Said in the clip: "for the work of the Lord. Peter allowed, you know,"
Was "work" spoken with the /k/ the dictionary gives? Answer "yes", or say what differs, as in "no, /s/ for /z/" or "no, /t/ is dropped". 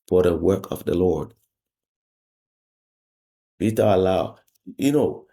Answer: yes